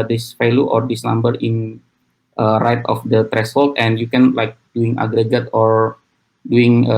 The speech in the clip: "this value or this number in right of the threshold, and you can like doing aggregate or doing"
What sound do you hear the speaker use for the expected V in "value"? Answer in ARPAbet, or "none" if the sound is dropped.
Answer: F